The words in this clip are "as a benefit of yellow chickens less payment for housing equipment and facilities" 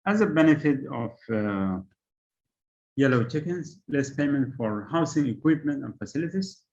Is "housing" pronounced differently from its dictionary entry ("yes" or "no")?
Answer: yes